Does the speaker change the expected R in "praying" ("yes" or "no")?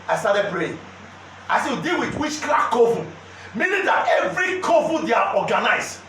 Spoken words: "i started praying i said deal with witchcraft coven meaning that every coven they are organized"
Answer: yes